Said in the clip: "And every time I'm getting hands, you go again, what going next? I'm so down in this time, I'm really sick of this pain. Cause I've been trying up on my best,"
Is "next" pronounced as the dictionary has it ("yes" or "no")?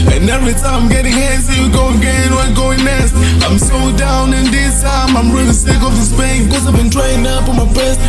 no